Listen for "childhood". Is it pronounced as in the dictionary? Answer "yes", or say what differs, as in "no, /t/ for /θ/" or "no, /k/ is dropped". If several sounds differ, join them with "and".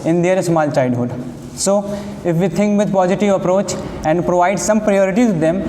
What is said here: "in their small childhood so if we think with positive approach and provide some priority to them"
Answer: no, /l/ is dropped